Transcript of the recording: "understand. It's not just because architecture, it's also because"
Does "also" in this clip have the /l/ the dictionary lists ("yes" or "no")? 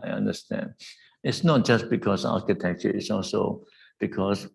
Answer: yes